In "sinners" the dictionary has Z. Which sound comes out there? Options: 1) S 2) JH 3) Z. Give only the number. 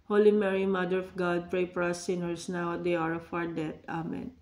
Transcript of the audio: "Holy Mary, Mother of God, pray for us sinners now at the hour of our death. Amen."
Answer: 1